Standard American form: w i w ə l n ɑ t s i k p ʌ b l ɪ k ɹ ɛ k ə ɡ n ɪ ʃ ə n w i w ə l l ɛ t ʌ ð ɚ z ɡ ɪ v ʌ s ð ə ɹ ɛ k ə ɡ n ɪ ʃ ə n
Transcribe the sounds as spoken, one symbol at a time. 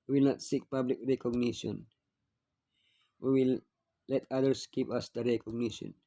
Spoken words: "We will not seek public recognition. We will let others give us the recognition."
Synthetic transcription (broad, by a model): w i w ə l n ɑ t s i k p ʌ b l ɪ k ɹ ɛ k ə ɡ n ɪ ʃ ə n w i w ə l l ɛ t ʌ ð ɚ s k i p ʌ s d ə ɹ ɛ k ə ɡ n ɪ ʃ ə n